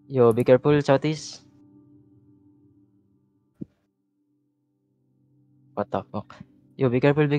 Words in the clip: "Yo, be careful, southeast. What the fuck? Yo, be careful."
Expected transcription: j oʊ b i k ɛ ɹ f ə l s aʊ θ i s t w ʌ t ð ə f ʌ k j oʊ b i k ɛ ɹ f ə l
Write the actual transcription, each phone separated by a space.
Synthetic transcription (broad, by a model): j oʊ b i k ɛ ɹ p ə l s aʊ t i s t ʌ t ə p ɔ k j oʊ b i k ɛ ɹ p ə l